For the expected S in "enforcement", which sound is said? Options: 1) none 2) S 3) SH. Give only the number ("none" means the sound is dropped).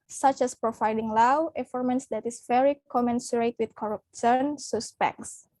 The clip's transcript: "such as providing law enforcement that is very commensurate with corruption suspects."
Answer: 1